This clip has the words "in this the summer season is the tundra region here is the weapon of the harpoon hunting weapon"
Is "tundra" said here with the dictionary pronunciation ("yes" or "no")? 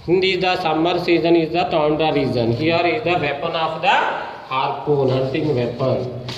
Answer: no